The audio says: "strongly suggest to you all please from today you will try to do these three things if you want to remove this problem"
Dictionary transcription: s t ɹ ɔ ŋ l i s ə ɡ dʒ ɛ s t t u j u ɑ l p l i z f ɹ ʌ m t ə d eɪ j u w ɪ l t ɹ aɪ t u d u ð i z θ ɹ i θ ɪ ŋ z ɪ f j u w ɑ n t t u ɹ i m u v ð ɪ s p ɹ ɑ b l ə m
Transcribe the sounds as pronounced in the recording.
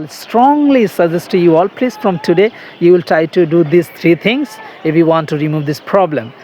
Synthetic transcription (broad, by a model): s t ɹ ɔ ŋ l i s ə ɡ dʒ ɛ s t t u j u ɑ l p l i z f ɹ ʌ m t ə d eɪ j u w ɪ l t ɹ aɪ t u d u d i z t ɹ i t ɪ ŋ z ɪ f j u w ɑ n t t u ɹ i m u v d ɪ s p ɹ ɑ b l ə m